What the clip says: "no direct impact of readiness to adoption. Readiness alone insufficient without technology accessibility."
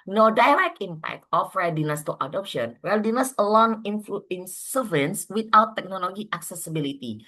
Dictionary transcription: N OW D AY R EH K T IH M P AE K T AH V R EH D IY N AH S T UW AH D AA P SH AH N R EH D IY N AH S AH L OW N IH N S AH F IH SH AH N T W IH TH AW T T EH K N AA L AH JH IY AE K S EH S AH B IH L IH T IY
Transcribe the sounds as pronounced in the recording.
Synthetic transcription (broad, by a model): N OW D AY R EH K IH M P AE K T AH F R EH D IY N AH S T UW AH D AA P SH AH N R EH D IY N AH S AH L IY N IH N S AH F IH AH N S W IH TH AW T T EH K N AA L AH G IY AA K S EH S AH B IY L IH T IY